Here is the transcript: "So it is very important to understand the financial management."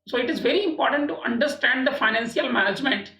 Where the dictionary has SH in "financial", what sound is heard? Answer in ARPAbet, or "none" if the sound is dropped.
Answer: S